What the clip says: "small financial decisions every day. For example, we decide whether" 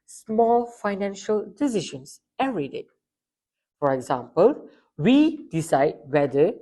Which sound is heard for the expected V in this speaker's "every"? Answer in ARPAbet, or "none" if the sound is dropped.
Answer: none